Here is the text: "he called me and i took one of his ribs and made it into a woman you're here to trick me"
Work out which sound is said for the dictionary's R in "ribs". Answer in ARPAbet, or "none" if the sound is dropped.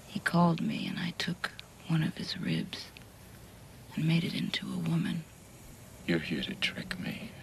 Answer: R